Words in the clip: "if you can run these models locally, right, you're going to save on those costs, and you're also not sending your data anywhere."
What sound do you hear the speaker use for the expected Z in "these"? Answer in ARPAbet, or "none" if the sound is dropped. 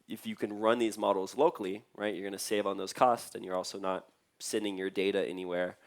Z